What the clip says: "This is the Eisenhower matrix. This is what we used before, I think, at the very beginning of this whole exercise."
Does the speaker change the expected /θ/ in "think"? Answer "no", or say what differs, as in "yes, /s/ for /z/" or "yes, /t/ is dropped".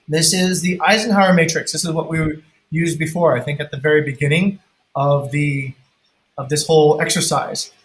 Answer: no